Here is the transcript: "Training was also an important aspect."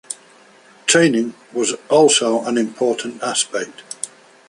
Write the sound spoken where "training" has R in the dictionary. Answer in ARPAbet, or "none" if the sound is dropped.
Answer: none